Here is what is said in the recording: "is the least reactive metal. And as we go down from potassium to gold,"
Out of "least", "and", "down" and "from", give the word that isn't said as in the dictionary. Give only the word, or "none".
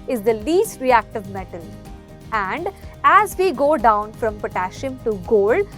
none